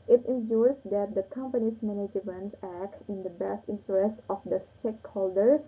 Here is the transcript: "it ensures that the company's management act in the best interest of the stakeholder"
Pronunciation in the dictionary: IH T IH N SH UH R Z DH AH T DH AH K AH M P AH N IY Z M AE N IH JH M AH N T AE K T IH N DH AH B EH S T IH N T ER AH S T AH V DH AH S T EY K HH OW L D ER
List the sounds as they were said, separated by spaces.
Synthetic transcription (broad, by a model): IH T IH N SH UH R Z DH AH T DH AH K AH M P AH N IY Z M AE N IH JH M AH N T AE K T IH N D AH B EH S T IH N T ER AH S T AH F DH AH S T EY K HH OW L D ER